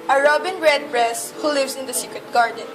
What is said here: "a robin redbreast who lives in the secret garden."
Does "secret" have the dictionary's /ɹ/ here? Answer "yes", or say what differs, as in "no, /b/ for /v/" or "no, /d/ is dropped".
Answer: yes